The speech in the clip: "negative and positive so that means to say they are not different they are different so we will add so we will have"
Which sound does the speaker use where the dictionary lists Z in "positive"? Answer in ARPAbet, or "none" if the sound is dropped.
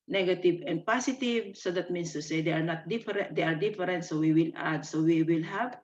S